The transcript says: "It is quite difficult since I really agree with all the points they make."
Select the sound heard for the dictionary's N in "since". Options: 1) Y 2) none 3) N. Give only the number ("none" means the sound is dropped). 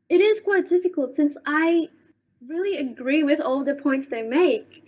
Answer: 3